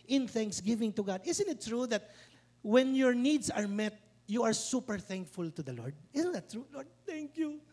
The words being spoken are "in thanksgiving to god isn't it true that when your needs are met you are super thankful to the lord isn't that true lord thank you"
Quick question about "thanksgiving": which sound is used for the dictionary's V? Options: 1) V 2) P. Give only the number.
1